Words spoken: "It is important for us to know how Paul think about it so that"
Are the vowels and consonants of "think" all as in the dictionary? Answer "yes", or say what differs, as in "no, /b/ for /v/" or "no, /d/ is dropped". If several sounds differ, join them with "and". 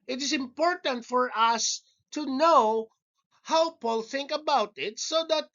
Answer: yes